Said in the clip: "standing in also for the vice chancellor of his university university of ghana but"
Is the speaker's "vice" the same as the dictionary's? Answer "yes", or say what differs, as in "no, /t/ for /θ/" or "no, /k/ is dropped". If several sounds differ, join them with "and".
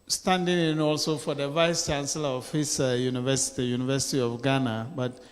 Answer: yes